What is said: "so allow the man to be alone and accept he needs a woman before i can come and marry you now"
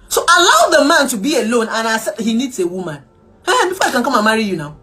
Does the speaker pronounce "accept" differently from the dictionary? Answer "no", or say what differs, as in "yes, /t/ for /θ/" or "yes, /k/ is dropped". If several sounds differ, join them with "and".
yes, /k/ is dropped